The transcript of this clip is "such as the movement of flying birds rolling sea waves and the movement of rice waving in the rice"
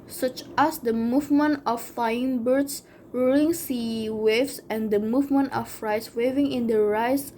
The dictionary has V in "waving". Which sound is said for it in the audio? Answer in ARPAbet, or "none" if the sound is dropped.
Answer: V